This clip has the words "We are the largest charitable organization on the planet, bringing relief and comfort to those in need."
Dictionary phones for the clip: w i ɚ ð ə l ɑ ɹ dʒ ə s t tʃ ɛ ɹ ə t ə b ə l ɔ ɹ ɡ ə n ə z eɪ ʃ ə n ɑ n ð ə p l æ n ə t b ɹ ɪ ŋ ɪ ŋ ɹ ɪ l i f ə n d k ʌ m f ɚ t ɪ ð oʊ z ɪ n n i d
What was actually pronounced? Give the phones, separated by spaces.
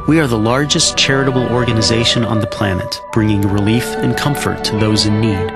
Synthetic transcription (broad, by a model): w i ɚ ð ə l ɑ ɹ dʒ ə s tʃ ɛ ɹ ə t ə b l ɔ ɹ ɡ ə n ə z eɪ ʃ ə n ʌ n ð ə p l æ n ə t b ɹ ɪ ŋ ɪ ŋ ɹ ɪ l i f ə n k ʌ m f ɚ t ɪ ð oʊ z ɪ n n i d